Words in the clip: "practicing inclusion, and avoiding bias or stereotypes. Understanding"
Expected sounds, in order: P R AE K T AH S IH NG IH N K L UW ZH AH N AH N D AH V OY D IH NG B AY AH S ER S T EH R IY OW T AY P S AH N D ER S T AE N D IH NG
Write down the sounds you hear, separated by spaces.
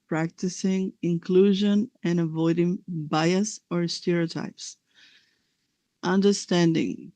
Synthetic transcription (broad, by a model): P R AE K T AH S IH NG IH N K L UW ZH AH N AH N AH V OY D IH NG B AY AH S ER S T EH R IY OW T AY P S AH N D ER S T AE N D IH NG